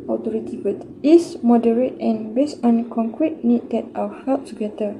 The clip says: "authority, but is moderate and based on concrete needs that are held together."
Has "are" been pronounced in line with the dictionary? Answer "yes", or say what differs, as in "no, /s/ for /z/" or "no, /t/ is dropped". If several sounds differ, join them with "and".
no, /w/ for /ɹ/